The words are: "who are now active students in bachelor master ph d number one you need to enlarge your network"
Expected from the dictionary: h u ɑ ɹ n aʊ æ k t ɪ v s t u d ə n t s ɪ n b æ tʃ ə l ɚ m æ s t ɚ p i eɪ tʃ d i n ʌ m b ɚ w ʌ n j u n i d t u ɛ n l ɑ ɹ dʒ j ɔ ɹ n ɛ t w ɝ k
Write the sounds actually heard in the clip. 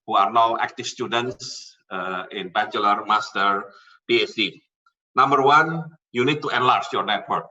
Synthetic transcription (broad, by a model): h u ɑ ɹ n aʊ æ k t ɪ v s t u d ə n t s ɪ n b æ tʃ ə l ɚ m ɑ s t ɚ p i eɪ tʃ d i n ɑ m b ɚ w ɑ n j u n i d t u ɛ n l ɑ ɹ tʃ j ɔ ɹ n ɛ t w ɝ k